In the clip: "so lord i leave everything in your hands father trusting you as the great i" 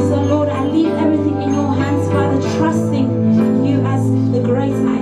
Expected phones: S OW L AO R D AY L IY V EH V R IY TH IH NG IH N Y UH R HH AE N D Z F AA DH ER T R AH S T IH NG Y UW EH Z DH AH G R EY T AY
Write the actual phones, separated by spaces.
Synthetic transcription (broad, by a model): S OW L AO R D AY L IY V EH V R IY TH IH NG IH N Y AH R HH AE N D Z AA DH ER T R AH S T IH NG Y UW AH Z DH AH G R EY T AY